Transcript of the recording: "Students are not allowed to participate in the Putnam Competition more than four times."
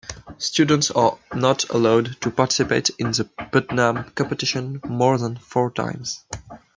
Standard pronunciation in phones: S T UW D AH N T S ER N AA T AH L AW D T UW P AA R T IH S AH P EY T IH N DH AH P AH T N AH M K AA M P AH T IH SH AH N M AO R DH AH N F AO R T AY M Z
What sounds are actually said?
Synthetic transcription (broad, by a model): S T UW D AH N T S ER N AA T AH L AW D T UW P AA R T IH S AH P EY T IH N DH AH B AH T N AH M K AA M P AH T IH SH AH N M AO R DH AH N F AO R T AY M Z